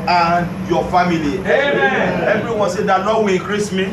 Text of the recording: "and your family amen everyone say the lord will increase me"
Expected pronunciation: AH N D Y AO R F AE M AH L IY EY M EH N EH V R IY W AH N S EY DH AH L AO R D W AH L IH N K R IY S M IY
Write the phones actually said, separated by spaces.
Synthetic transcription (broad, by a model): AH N Y AO F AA M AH L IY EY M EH EH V R IY W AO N S EY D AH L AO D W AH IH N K R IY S M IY